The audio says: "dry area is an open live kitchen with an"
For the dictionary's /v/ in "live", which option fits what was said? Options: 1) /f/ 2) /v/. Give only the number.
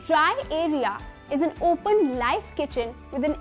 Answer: 1